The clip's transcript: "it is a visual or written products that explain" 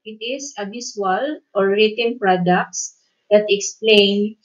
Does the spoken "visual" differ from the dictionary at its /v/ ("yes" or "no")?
yes